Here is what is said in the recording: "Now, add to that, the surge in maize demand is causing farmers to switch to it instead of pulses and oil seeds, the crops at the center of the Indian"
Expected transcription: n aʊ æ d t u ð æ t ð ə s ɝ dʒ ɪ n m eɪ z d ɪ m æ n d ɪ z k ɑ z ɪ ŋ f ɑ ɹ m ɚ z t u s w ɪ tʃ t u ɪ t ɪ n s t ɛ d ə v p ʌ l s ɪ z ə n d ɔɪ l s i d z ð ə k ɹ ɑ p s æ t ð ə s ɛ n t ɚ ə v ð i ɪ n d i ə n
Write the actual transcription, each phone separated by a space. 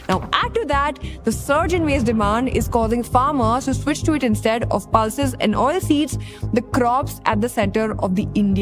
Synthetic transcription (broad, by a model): n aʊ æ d t u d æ t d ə s ɝ dʒ ɪ n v eɪ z d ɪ m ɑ n d ɪ z k ɑ z ɪ ŋ f ɑ ɹ m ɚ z t u s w ɪ tʃ t u ɪ t ɪ n s t ɛ d ə v p ʌ l s ɪ z ə n d ɔɪ l s i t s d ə k ɹ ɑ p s æ t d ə s ɛ n t ɚ ə v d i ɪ n d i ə